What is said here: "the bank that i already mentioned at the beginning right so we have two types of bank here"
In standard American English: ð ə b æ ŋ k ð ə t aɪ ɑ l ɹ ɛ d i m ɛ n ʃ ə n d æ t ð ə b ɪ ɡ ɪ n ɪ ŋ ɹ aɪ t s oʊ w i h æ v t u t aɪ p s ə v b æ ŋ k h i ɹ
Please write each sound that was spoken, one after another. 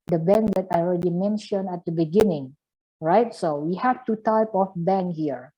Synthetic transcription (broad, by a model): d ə b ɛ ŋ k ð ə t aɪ ɑ l ɹ ɛ d i m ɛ n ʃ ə n æ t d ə b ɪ ɡ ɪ n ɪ ŋ ɹ aɪ t s oʊ w i h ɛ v t u t aɪ p ə f b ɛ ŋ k h i ɹ